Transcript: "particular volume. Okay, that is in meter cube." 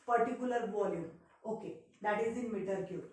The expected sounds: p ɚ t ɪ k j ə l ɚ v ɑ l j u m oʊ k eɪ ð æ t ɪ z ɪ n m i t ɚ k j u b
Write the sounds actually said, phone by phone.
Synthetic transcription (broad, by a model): p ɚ t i k j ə l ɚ b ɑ l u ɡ oʊ k eɪ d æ t ɪ z ɪ n m i t ɚ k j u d